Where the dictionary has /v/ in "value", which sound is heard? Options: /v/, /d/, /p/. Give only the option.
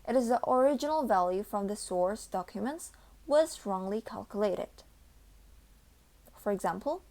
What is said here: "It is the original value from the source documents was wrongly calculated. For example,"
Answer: /v/